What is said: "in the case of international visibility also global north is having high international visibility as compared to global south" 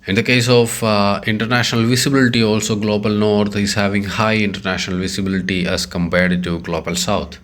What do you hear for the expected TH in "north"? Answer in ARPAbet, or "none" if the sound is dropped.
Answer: T